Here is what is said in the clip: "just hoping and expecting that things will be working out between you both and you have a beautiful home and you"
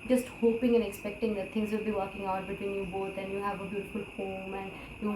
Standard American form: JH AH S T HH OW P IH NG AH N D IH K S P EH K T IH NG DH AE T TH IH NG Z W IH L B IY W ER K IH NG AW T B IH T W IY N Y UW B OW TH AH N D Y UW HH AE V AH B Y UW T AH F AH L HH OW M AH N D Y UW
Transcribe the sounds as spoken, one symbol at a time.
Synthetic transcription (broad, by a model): JH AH S T HH OW P IH NG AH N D IH K S P EH K T IH NG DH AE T T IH NG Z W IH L B IY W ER K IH NG AW T B IH T W IY N Y UW B OW T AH N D Y UW HH AE V AH B Y UW T AH F AH L HH OW M AH N D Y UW